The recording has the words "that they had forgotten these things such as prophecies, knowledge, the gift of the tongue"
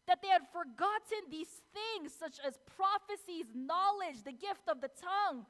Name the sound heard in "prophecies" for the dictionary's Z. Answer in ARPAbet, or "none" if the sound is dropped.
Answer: Z